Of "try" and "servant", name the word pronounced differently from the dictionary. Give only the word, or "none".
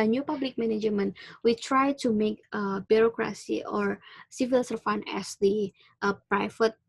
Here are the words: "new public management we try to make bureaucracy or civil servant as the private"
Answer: servant